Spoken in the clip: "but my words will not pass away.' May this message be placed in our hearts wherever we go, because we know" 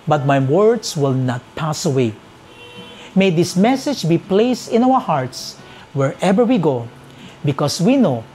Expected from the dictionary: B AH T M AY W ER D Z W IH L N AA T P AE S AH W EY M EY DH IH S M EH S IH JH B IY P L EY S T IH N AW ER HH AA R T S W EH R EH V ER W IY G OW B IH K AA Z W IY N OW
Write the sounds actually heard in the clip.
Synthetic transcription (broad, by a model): B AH T M AY W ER D S W IH L N AA T P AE S AH W EY M EY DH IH S M EH S IH JH B IY P L EY S T IH N AW ER HH AA R T S W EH R EH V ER W IY G OW B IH K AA S W IY N OW